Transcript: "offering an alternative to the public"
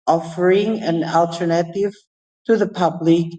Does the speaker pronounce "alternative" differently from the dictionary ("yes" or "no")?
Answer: no